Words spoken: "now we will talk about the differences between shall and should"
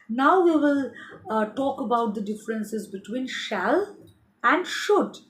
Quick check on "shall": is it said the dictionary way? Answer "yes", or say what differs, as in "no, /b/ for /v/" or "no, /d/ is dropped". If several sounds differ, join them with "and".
yes